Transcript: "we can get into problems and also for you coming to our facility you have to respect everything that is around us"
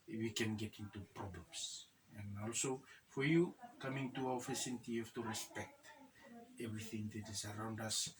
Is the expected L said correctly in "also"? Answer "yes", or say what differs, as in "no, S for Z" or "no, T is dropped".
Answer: yes